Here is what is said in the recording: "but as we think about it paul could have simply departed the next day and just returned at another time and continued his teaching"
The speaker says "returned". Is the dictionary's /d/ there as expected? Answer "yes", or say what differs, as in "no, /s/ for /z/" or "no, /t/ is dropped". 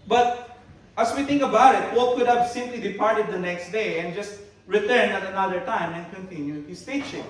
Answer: no, /d/ is dropped